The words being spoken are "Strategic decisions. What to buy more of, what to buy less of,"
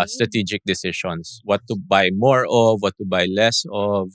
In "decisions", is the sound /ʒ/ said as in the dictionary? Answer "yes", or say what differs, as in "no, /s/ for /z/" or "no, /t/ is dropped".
no, /ʃ/ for /ʒ/